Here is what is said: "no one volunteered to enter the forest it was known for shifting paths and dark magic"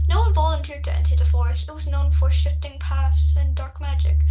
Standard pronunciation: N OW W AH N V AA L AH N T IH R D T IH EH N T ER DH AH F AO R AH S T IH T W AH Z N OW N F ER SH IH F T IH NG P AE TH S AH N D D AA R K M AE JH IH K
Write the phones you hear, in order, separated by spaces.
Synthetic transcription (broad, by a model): N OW W AH N B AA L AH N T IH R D T IH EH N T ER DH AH F AO R AH S T IH T W AH Z N OW N F ER SH IH F T IH NG P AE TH S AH N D D AA R K M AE JH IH K